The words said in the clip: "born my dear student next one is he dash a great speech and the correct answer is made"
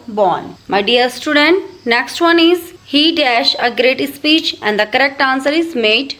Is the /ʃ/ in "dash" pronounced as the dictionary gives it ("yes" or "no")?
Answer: yes